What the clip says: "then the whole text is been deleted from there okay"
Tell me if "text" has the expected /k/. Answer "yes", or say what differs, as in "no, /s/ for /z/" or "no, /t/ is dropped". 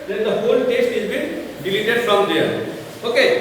no, /k/ is dropped